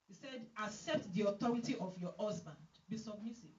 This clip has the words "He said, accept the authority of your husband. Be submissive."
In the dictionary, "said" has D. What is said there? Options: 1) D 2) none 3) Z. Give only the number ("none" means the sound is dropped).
1